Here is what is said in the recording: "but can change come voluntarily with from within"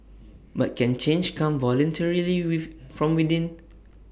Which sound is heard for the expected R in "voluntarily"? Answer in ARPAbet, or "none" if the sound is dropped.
R